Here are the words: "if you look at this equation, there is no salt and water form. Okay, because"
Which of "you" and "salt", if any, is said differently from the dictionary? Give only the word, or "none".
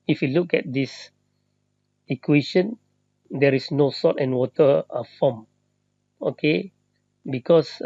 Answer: salt